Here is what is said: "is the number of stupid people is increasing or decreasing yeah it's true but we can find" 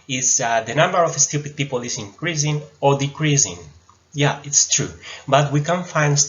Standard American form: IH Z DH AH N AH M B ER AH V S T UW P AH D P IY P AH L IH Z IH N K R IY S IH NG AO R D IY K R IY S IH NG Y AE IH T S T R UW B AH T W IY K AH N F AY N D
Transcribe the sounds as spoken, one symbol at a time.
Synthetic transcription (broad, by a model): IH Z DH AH N AH M B ER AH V S T UW P AH D P IY P AH L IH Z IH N K R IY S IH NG AO R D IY K R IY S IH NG Y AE IH T S T R UW B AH T W IY K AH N F AY N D